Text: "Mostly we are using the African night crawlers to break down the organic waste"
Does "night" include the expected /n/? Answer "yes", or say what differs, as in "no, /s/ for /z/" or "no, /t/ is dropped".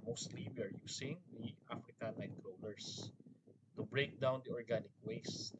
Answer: no, /l/ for /n/